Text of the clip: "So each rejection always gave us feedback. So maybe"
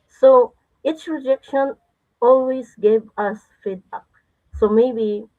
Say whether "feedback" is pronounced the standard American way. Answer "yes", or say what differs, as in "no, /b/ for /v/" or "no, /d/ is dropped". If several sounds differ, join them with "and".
no, /b/ is dropped